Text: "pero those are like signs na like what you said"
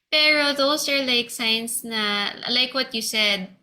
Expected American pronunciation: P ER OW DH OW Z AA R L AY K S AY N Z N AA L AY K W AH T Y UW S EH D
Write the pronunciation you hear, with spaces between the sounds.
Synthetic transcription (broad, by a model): P ER OW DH OW S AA R L AY K S AY N S N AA L AY K W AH T Y UW S EH D